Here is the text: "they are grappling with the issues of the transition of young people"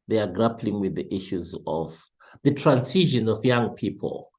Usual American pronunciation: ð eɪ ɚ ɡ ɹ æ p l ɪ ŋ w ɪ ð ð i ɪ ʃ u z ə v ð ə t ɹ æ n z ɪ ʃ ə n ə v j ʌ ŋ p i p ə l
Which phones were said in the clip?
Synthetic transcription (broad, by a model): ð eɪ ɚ ɡ ɹ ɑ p l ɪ ŋ w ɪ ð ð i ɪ ʃ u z ə v ð ə t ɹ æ n s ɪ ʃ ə n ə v j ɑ ŋ p i p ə l